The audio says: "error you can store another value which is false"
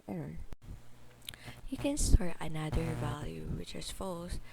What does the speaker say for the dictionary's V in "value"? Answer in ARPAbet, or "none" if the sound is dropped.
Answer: V